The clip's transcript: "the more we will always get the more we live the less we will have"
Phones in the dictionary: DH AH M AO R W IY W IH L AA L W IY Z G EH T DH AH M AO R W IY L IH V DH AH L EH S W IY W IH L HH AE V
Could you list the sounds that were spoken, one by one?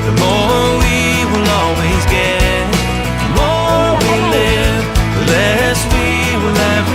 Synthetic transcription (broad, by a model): DH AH M AO R W IY W IH L AA L W IY Z G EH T DH AH M AO R W IY L IH V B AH L EH S W IY W IH L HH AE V